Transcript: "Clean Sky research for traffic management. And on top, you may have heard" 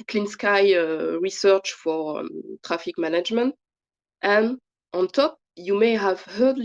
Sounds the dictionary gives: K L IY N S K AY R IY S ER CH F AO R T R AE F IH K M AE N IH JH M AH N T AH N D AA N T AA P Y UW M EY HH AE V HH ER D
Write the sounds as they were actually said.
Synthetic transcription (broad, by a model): K L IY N S K AY R IY S ER CH F AO R T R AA F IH K M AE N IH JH M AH N T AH N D AA N T AA P Y UW M EY HH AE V HH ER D